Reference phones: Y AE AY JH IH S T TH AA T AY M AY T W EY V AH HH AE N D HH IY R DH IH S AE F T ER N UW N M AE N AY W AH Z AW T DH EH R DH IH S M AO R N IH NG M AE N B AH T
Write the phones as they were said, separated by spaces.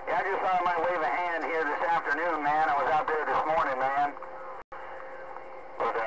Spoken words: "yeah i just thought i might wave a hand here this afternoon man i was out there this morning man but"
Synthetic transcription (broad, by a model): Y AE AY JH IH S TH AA AY M AY T W EY V AH HH AE N D HH IY R DH IH S AE F T ER N UW N M AE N AY W AH Z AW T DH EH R DH IH S M AO R N IH NG M AE N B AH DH